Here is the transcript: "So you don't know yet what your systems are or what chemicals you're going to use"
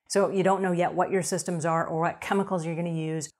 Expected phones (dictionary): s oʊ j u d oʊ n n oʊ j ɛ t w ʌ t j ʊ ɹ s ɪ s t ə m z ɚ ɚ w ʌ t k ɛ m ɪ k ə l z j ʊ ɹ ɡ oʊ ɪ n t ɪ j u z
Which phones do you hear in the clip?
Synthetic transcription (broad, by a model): s oʊ j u d oʊ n n oʊ j ɛ t w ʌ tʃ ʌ ɹ s ɪ s t ə m z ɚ ɚ w ʌ t k ɛ m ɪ k l z j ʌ ɹ ɡ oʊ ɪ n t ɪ j u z